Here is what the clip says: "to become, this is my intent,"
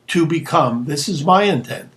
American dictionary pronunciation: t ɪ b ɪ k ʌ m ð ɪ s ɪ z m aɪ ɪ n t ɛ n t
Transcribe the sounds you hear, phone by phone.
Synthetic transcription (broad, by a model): t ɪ b ɪ k ʌ m ð ɪ s ɪ z m aɪ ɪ n t ɛ n t